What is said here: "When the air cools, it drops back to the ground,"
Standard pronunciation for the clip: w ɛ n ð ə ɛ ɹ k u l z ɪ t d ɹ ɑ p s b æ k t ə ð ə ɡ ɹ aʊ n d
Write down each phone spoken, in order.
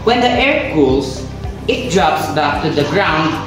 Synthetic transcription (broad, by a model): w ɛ n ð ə ɛ ɹ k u l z ɪ t d ɹ ɑ p s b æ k t ə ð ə ɡ ɹ aʊ n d